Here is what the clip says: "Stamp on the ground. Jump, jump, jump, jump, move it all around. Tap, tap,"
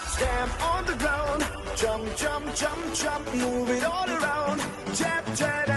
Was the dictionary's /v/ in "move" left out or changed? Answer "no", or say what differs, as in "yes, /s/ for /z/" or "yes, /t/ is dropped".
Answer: no